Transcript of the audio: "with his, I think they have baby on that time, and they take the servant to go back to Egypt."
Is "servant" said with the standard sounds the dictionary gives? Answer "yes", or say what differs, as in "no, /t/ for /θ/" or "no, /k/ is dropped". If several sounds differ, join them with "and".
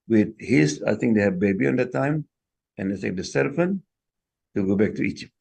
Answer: no, /f/ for /v/